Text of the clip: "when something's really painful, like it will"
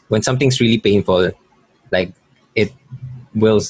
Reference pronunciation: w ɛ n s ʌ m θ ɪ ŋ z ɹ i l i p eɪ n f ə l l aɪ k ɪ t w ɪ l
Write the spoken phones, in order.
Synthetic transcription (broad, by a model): w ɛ n s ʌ m t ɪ ŋ s ɹ i l i p eɪ n f ə l l aɪ k ɪ t w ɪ l